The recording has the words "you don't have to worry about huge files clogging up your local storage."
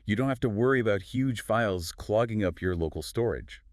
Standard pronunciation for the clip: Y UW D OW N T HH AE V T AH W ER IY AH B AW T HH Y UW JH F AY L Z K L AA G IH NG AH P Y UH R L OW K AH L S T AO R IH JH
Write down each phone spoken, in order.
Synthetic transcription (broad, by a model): Y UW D OW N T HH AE F T AH W ER IY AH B AW T HH Y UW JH F AY L Z K L AA G IH NG AH P Y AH R L OW K L S T AO R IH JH